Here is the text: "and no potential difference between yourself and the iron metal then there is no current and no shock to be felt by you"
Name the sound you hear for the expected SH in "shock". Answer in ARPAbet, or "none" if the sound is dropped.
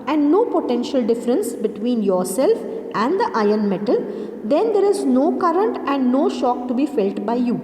SH